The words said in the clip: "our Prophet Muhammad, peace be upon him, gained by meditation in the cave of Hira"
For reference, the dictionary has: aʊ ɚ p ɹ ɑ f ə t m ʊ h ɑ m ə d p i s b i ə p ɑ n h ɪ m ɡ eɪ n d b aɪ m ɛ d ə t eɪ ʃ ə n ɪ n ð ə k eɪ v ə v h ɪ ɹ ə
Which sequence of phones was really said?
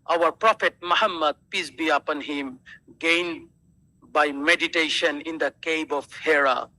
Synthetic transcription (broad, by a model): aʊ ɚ p ɹ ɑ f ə t m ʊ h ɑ m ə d p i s b i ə p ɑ n h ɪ m ɡ eɪ n d b aɪ m ɛ d ə t eɪ ʃ ə n ɪ n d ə k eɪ b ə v h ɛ ɹ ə